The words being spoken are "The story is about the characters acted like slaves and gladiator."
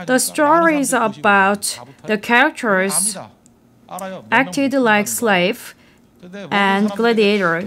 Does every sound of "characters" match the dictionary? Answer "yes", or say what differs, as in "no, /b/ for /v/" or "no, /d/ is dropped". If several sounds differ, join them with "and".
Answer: no, /ɹ/ is dropped